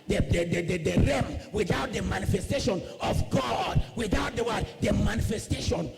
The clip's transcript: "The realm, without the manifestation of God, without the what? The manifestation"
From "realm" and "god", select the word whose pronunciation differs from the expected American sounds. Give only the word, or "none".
realm